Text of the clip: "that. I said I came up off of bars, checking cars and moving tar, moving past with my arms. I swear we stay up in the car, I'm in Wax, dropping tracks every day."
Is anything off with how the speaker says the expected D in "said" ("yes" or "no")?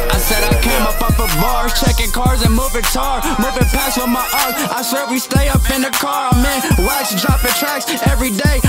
no